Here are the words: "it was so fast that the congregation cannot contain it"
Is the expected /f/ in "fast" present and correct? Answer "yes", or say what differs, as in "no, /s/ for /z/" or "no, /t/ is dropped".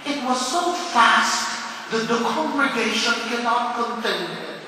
yes